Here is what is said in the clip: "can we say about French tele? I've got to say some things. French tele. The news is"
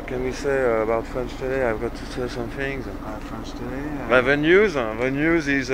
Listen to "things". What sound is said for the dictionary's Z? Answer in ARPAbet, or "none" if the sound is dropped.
Z